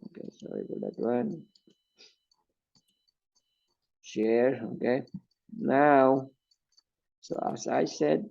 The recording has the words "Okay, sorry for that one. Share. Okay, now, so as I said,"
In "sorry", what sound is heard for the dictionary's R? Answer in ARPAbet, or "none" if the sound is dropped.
none